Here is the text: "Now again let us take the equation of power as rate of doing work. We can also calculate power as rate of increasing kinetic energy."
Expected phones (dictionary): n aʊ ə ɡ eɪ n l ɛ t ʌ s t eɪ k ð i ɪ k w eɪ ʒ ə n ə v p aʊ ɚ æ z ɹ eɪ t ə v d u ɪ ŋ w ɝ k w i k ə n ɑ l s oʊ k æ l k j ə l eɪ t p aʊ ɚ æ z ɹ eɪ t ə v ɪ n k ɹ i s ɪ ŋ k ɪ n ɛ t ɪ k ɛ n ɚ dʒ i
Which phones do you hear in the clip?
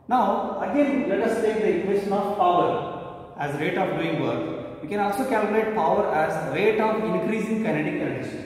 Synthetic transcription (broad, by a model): n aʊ ə ɡ eɪ n l ɛ t ʌ s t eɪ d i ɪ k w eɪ ʃ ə n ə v p aʊ ɚ æ z ɹ eɪ t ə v d u ɪ ŋ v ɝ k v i k ə n ɑ l s oʊ k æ l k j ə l eɪ t p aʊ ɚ æ z ɹ eɪ t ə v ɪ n k ɹ i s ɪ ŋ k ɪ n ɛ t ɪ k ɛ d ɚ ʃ